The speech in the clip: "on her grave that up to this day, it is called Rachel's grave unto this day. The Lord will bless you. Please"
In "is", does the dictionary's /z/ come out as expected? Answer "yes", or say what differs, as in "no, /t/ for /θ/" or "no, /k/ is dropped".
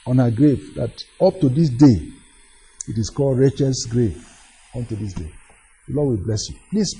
no, /s/ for /z/